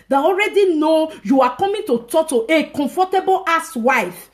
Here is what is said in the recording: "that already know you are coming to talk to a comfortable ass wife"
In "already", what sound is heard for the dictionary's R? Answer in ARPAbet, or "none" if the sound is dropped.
R